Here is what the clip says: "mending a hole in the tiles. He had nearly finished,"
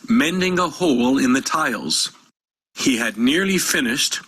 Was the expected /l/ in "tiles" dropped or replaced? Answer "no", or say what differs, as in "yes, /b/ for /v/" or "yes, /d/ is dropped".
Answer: no